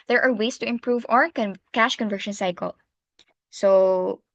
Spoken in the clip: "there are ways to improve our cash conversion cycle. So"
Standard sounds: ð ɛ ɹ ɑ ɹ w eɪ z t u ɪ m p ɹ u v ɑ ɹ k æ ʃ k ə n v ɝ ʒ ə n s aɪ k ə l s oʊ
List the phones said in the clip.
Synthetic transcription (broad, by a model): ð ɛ ɹ ɑ ɹ w eɪ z t u ɪ m p ɹ u v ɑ ɹ k æ ʃ k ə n v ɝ ʃ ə n s aɪ k ə l s oʊ